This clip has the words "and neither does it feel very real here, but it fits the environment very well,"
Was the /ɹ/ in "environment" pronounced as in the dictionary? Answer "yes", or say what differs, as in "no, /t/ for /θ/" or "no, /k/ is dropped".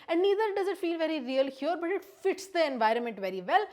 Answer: yes